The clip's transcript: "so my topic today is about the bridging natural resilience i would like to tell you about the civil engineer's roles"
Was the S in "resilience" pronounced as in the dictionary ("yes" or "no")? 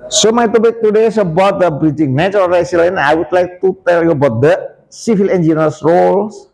no